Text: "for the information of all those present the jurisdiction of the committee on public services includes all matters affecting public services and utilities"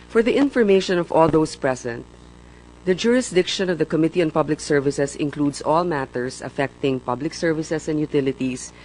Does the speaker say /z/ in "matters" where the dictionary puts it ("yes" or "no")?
no